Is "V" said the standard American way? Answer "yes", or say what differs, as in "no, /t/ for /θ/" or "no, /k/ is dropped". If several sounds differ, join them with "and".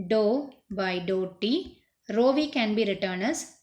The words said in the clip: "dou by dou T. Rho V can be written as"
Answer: yes